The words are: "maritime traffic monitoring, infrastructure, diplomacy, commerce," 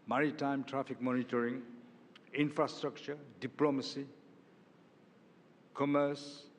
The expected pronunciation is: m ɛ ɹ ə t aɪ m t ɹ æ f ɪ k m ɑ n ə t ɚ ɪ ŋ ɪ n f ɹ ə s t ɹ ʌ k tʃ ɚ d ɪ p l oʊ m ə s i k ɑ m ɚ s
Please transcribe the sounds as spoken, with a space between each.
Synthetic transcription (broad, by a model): m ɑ ɹ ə t aɪ m t ɹ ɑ p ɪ k m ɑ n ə t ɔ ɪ ŋ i n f ɹ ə s t ɹ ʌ k tʃ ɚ d ɪ p l oʊ m ə s i k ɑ m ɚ s